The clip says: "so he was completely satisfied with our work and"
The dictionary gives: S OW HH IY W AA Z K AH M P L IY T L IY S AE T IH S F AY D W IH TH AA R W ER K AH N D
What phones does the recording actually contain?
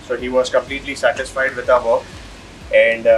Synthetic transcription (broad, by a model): S OW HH IY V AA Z K AH M P L IY T L IY S AE T IH S F AY D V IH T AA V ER AH N D